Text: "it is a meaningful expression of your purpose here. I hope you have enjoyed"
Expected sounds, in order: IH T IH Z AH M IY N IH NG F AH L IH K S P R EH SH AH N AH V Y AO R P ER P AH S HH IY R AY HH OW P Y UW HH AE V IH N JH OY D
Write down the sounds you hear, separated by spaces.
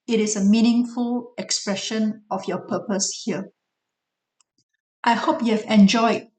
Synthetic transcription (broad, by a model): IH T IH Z AH M IY N IH NG F AH L IH K S P R EH SH AH N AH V Y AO P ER P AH S HH IY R AY HH OW P Y UW HH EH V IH N JH OY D